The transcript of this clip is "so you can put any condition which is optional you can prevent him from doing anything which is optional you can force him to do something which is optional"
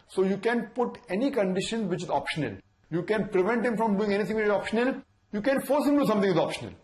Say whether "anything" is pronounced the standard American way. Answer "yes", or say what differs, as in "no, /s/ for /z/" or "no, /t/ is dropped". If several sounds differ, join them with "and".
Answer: no, /t/ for /θ/